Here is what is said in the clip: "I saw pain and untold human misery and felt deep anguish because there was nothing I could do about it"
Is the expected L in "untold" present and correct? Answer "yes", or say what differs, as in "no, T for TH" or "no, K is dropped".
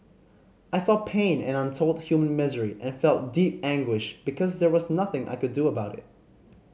yes